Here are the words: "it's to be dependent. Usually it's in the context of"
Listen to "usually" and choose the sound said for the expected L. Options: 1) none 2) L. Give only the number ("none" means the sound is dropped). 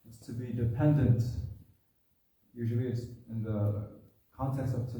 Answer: 2